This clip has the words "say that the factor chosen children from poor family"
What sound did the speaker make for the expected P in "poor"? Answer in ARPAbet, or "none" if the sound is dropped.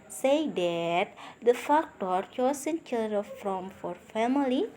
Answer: F